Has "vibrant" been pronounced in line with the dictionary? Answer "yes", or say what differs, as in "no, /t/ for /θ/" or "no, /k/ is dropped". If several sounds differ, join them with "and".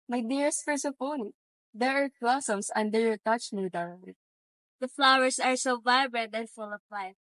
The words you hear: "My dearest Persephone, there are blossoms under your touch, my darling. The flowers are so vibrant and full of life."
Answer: yes